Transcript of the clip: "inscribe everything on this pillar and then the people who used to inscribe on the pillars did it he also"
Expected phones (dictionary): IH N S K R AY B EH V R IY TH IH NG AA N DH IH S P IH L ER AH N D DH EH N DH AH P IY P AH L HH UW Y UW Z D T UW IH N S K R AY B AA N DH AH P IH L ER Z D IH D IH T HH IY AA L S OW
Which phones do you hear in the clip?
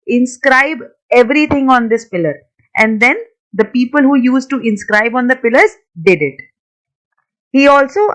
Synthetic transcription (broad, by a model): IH N S K R AY B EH V R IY T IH NG AA N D IH S P IH L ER AH N D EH N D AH P IY P AH L HH UW Y UW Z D T UW IH N S K R AY B AA N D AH P IH L ER Z D IH D IH T HH IY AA L S OW